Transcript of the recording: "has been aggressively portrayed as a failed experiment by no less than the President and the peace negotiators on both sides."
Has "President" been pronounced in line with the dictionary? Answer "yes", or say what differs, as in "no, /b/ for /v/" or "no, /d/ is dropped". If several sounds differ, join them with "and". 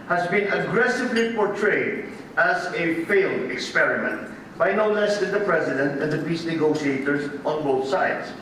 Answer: yes